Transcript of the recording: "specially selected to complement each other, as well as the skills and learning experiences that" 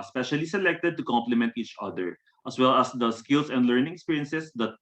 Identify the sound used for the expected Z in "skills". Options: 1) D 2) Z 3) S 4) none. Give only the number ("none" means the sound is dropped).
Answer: 3